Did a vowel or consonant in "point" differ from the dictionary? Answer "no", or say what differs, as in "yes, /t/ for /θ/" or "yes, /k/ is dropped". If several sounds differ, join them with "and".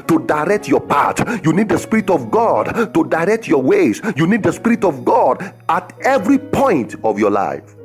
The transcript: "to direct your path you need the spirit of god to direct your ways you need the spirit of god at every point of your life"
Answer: no